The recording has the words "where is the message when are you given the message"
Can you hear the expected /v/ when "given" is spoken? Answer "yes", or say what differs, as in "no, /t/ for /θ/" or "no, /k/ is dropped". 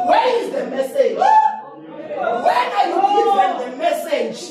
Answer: no, /w/ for /v/